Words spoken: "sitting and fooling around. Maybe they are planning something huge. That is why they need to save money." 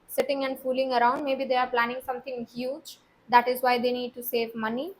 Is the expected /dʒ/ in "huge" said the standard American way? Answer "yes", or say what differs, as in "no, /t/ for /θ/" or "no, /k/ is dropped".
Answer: yes